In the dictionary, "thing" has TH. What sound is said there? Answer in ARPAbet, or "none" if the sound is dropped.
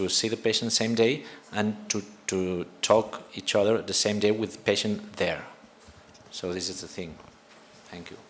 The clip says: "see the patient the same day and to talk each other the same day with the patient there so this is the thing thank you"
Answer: TH